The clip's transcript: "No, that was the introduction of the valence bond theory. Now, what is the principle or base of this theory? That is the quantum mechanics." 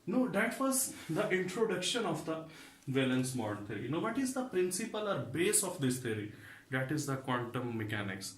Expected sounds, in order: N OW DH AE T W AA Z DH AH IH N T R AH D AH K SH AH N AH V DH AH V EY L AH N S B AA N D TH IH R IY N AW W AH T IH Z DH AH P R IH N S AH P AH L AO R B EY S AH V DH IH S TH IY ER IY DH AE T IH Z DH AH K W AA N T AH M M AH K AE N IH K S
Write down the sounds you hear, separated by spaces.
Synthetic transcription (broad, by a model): N OW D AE T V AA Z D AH IH N T R AH D AH K SH AH N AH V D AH V EY L AH N S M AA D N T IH R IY N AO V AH T IH Z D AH P R IH N S AH P AH L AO R B EY S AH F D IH S T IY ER IY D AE T IH Z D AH K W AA N T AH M M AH K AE N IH K S